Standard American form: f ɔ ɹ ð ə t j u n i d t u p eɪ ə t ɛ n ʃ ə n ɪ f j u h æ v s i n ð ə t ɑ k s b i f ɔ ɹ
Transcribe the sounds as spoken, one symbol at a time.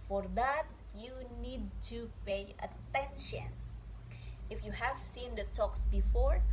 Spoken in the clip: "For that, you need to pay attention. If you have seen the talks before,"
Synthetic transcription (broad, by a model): f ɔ ɹ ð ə t j u n i d t u p eɪ ə t ɛ n ʃ ə n ɪ f j u h æ v s i n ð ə t ɑ k s b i f ɔ ɹ